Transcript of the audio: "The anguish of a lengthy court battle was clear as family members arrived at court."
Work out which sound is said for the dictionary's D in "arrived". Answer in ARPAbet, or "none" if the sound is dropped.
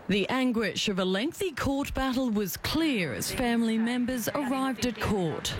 D